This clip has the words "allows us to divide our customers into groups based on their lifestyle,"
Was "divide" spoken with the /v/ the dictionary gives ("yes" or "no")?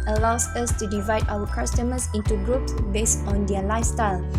yes